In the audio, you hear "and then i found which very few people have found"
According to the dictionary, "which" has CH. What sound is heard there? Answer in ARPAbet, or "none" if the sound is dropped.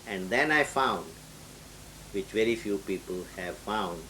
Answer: CH